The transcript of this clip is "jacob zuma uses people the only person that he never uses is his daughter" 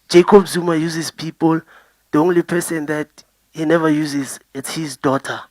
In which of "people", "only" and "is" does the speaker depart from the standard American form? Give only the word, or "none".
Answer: is